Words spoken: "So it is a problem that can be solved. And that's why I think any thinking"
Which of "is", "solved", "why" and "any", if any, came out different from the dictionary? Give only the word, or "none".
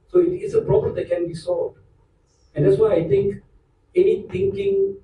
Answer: is